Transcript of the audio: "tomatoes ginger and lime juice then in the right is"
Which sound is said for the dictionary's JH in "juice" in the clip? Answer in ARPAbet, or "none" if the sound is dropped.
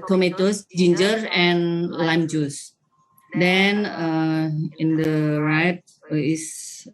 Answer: JH